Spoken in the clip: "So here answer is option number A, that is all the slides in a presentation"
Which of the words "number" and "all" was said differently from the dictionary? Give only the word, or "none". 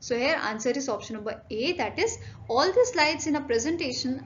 none